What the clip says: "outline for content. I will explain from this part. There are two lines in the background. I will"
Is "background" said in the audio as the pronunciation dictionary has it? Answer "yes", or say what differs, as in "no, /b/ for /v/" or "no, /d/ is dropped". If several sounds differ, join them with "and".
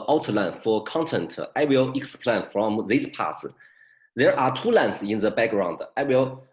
yes